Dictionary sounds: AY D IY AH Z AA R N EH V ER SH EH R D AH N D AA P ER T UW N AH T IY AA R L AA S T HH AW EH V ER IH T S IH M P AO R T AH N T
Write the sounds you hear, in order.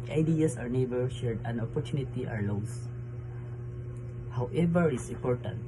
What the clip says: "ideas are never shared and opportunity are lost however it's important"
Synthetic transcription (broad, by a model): AY D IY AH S AA R N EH B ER SH EH R D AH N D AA P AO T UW N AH T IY AA R L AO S HH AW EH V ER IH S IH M P AO R T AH N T